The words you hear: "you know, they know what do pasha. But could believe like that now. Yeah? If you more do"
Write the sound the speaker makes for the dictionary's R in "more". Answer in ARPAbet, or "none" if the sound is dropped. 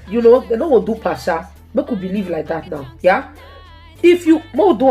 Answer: W